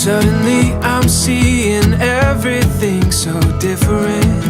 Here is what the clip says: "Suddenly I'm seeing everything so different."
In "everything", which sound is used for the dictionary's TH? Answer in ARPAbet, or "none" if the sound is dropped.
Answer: TH